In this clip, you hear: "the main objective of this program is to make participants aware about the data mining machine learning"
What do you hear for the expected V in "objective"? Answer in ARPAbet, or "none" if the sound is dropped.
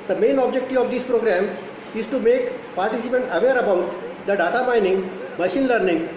none